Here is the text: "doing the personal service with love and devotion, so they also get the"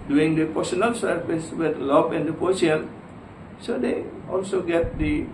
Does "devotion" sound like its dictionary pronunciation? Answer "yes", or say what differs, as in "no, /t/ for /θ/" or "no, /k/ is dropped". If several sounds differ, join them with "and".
no, /p/ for /v/